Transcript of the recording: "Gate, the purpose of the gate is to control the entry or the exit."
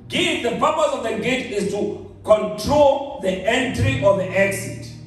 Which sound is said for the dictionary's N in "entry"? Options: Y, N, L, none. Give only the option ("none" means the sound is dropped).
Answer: N